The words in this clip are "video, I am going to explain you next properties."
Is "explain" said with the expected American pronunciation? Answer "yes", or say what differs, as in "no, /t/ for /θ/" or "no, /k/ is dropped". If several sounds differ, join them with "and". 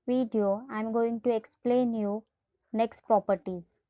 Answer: yes